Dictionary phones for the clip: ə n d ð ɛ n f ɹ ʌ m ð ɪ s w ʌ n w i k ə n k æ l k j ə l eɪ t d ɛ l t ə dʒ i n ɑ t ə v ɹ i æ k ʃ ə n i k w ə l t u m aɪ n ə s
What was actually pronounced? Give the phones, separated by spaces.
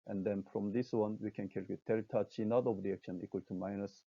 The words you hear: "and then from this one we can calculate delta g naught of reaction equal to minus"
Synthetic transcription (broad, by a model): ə n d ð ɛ n f ɹ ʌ m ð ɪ s w ʌ n w i k ə n k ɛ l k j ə t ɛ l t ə tʃ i n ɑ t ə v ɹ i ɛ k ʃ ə n i k w ə l t u m aɪ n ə s